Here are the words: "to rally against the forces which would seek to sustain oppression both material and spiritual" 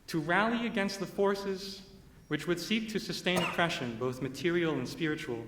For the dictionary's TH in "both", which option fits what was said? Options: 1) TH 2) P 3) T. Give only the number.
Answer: 1